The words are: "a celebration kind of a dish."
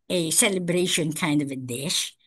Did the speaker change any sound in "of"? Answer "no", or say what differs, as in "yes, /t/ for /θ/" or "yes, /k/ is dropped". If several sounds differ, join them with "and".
no